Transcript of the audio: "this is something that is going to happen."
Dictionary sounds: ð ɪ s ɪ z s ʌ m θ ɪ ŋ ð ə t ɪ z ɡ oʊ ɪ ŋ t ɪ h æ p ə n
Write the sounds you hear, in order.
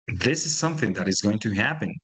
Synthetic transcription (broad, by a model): ð ɪ s ɪ z s ʌ m θ ɪ ŋ ð ə t ɪ z ɡ oʊ ɪ ŋ t ɪ h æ p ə n